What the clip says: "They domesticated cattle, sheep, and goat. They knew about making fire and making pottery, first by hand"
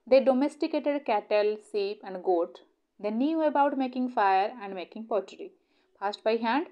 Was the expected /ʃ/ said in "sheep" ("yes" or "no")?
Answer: no